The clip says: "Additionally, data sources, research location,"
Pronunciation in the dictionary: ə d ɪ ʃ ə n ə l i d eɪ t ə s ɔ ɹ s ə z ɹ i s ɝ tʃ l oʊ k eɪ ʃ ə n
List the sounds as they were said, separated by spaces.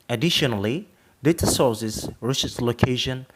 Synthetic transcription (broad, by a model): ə d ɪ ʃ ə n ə l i d eɪ t ə s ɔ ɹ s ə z ɹ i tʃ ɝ s l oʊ k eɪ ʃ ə n